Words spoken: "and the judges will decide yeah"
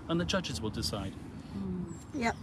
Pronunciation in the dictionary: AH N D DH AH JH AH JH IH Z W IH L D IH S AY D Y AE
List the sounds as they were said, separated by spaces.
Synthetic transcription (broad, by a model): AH N DH AH JH AH JH IH Z W IH L D IH S AY D Y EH